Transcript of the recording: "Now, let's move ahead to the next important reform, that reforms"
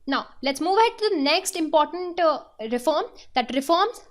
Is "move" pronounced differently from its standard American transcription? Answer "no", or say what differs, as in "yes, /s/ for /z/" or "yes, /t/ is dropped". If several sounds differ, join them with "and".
no